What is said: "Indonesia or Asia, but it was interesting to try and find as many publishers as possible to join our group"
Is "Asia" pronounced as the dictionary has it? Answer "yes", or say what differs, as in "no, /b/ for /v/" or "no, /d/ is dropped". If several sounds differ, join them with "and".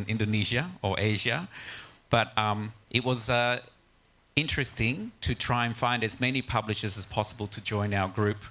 yes